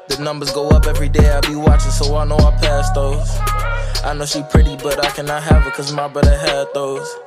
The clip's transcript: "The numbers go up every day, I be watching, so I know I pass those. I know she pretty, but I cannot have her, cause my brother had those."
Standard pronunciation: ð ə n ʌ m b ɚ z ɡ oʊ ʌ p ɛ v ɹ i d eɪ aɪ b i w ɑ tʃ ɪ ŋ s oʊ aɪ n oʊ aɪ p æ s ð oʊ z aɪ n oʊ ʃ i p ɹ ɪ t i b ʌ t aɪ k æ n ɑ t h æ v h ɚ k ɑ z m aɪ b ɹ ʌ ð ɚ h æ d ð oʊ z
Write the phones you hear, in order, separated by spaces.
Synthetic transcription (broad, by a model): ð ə n ʌ m b ɚ z ɡ oʊ ʌ p ɛ v ɹ i d eɪ aɪ b i w ɑ tʃ ɪ ŋ s oʊ aɪ n oʊ aɪ p æ s ð oʊ z aɪ n oʊ ʃ i p ɹ ɪ t i b ʌ t aɪ k æ n ɑ t h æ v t k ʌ z m aɪ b ʌ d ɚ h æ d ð oʊ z